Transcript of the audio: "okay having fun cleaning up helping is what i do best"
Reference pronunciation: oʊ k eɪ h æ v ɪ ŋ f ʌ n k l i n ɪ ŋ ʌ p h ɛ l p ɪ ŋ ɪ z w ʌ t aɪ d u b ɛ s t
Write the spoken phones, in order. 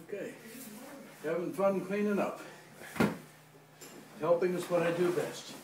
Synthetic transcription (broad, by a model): oʊ k eɪ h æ v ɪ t f ʌ n k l i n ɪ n ʌ f h ɛ l p ɪ ŋ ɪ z w ʌ t aɪ d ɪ b ɛ s t